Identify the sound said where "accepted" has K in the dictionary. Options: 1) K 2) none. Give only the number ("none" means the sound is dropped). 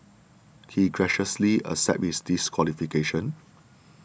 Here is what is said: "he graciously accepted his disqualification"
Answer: 2